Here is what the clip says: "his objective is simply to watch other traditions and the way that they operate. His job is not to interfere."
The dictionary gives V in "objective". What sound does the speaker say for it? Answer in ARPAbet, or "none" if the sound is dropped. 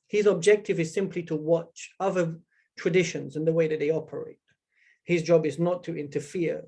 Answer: V